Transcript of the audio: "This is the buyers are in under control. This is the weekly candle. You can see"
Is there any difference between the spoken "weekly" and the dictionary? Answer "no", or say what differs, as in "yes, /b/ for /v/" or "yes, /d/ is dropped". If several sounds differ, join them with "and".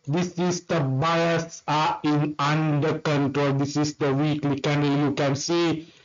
no